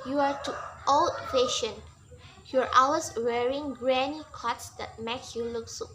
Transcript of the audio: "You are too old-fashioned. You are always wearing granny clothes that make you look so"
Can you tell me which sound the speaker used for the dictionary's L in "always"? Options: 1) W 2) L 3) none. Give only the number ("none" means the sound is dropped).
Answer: 3